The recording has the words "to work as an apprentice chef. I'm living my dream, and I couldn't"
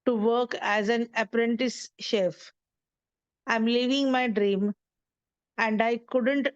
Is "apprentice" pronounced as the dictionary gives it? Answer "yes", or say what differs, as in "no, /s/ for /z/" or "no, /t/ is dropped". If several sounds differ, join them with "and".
yes